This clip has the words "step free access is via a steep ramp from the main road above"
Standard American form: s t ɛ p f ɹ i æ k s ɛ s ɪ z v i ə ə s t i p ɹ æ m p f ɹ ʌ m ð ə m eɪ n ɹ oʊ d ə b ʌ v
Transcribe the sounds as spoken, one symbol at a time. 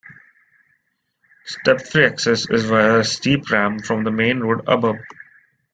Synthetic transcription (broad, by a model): s t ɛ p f ɹ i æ k s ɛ s ɪ z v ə ə s t i p ɹ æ m f ɹ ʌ m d ə m eɪ n ɹ oʊ d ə b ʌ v